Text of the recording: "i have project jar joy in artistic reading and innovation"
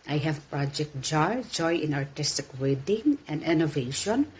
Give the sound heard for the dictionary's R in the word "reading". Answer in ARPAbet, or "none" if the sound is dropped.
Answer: W